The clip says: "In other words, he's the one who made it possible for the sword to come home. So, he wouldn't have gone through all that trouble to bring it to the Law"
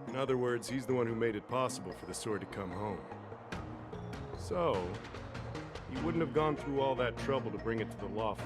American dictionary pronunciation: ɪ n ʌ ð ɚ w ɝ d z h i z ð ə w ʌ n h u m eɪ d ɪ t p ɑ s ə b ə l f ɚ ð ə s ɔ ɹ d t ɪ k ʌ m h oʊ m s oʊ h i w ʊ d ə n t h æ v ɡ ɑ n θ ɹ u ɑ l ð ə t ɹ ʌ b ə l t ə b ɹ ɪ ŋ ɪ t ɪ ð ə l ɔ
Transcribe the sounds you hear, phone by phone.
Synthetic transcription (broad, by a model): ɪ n ʌ ð ɚ w ɝ d z h i z ð ə w ʌ n h u m eɪ d ɪ t p ɑ s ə b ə l f ɚ ð ə s ɔ ɹ d t ɪ k ʌ m h oʊ m s oʊ h i w ʊ d n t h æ v ɡ ɑ n θ ɹ u ɑ l ð ə t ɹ ʌ b l t ə b ɹ ɪ ŋ ɪ t ɪ ð ə l ɔ